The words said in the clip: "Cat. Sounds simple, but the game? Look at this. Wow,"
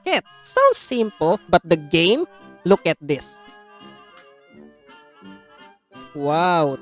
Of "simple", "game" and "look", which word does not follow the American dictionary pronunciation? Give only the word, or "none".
none